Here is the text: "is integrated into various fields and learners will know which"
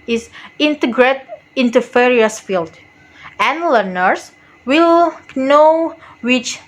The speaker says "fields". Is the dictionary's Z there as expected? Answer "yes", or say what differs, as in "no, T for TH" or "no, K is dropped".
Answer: no, Z is dropped